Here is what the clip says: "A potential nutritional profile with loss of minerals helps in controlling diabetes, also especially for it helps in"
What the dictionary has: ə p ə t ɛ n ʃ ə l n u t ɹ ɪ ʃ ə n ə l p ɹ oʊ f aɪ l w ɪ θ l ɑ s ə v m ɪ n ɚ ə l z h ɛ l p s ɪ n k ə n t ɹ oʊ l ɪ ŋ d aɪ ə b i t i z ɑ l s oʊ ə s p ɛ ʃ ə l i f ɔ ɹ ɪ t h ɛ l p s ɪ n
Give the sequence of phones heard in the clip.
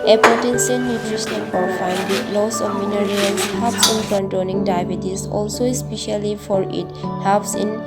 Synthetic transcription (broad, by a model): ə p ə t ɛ n s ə n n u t ɹ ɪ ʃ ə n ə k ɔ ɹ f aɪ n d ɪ l ɑ s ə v m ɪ n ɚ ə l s h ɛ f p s ɪ n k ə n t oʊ n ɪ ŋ d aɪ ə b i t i s ɑ l s oʊ ə s p ɛ ʃ ə l i f ɔ ɹ ɪ t h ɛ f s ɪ n